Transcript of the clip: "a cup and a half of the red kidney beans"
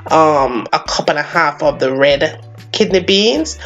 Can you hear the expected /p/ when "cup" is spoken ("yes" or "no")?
yes